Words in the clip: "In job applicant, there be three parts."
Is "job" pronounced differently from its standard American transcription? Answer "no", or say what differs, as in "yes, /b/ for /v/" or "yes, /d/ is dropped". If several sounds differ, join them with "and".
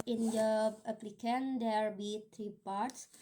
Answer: yes, /b/ is dropped